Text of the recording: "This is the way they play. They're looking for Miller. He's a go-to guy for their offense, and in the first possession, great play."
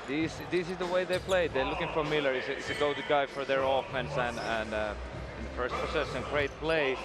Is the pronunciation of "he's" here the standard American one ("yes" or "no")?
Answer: no